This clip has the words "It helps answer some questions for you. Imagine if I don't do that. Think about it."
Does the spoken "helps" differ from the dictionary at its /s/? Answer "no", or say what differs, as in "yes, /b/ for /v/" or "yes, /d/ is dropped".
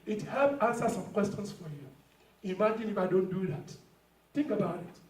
yes, /s/ is dropped